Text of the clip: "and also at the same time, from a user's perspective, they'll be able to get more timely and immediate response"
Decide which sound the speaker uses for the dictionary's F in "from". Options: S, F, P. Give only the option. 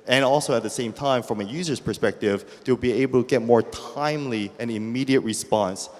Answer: F